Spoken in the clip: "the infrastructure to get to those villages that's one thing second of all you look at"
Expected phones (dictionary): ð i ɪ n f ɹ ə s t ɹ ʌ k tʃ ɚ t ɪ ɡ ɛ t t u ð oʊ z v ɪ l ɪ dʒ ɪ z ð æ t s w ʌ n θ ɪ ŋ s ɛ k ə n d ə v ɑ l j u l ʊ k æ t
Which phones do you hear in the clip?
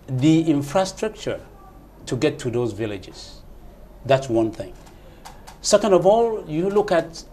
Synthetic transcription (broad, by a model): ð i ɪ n f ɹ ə s t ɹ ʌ k tʃ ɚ t ɪ ɡ ɛ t t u ð oʊ z v ɪ l ɪ dʒ ɪ z ð æ t s w ʌ n θ ɪ ŋ s ɛ k ə n d ə v ɑ l j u l ʊ k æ t